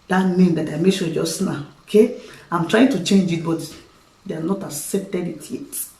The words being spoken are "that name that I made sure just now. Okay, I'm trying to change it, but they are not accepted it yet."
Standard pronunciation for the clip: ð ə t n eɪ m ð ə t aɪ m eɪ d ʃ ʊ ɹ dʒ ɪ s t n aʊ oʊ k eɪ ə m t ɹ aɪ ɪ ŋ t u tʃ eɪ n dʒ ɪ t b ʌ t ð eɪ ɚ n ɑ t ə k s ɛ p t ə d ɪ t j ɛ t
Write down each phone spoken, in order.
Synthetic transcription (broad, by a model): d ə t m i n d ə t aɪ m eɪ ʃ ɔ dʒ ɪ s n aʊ oʊ k eɪ ə m t ɹ aɪ ɪ ŋ t u tʃ eɪ n dʒ ɪ t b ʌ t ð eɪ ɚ n ɑ t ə s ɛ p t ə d ɪ t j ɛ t